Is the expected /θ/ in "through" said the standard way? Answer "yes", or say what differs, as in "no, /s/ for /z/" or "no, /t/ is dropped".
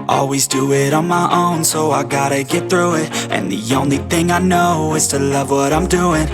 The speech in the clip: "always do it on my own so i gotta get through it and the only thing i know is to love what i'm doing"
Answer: yes